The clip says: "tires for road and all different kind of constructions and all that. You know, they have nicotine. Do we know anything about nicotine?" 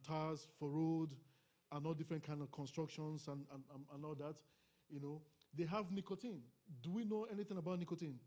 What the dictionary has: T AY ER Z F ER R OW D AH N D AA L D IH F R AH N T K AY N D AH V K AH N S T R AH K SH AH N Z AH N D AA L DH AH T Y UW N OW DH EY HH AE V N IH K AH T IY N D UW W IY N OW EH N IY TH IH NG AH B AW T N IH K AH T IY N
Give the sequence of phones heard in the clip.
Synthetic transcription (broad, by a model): T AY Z F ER R OW D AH N AA L D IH F R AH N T K AY N D AH V K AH N S T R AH K SH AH N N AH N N AA L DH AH T Y UW N OW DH EY HH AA V N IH K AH T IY N D UW W IY N OW EH N IY TH IH NG AH B AW T N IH K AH T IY N